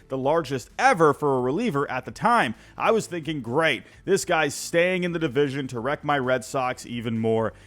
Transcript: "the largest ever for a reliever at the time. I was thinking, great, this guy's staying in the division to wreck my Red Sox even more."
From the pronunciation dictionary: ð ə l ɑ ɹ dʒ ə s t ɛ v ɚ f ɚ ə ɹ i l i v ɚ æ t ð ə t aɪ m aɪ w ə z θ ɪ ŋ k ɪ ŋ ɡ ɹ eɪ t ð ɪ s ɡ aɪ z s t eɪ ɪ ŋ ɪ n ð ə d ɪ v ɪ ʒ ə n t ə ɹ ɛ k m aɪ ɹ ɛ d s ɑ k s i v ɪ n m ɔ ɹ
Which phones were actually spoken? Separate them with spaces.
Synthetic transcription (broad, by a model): ð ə l ɑ ɹ dʒ ə s t ɛ v ɚ f ɚ ə ɹ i l i v ɚ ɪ t ð ə t aɪ m aɪ w ə z θ ɪ ŋ k ɪ ŋ ɡ ɹ eɪ t ð ɪ s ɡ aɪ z s t eɪ ɪ ŋ ɪ n ð ə d ɪ v ɪ ʒ ə n t ə ɹ ɛ k m aɪ ɹ ɛ d s ɑ k s i v ɪ n m ɔ ɹ